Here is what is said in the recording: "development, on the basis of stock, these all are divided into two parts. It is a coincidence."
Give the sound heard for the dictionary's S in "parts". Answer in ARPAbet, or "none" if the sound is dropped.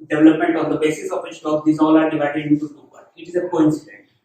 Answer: none